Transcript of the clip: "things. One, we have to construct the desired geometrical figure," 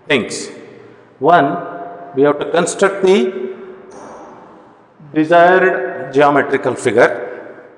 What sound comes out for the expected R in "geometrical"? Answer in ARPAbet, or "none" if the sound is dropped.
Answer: R